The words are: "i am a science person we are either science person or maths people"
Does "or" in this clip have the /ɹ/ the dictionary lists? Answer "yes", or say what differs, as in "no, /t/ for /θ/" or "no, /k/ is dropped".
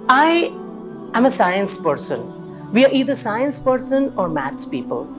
yes